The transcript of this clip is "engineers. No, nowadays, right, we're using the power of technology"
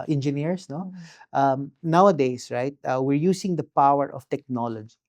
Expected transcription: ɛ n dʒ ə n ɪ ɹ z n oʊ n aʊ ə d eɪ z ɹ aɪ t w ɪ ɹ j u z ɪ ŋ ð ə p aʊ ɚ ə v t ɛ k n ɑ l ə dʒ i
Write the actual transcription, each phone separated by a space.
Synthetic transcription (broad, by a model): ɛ n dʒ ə n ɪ ɹ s n oʊ n aʊ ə d eɪ s ɹ aɪ t w ɪ ɹ j u s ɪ ŋ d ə p aʊ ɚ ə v t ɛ k n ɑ l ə dʒ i